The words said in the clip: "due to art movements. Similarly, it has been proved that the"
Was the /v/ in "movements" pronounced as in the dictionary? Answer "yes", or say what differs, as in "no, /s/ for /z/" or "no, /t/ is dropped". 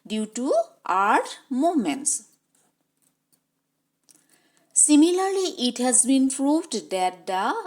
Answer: no, /v/ is dropped